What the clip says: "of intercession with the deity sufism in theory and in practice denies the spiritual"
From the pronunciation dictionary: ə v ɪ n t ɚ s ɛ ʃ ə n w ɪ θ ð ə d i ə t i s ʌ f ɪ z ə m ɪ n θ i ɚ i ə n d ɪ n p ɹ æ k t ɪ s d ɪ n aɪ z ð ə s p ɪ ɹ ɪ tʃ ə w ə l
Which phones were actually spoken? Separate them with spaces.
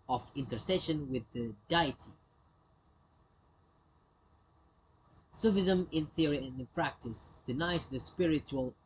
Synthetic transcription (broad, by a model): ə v ɪ n t ɚ s ɛ ʃ ə n w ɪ ð ə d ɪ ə t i s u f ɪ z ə m ɪ n θ i ɚ i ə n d ɪ n p ɹ æ k t ɪ s d ɪ n aɪ z ð ə s p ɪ ɹ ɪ tʃ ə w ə l